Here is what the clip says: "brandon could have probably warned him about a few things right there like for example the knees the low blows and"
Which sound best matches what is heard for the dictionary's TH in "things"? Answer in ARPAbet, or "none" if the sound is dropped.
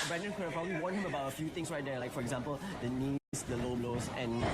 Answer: T